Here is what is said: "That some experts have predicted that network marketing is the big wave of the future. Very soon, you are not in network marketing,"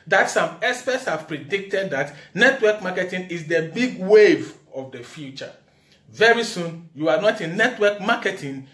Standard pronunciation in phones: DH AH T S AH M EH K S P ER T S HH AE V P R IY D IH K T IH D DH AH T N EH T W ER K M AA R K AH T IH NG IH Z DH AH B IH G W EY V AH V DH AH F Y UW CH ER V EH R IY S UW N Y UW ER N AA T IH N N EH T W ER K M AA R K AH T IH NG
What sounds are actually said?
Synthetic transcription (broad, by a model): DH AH T S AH M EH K S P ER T S HH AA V P R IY D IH K T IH D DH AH T N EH T W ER K M AA K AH T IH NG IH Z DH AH B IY G W EY V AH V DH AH F Y UW CH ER V EH R IY S UW N Y UW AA N AA T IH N N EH T W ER K M AA K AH T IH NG